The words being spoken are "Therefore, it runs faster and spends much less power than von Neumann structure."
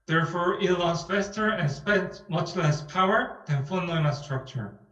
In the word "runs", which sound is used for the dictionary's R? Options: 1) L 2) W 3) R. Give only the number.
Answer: 1